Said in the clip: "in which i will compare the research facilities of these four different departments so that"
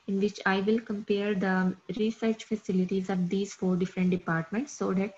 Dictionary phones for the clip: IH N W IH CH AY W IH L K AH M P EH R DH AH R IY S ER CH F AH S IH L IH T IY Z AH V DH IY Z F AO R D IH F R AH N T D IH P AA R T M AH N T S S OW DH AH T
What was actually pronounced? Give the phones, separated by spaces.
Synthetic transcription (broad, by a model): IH N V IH CH AY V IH L K AH M P EH R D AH R IY S ER CH F AH S IH L IH T IY Z AH V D IY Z F AO R D IH F R AH N T D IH P AA R T M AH N T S S OW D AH T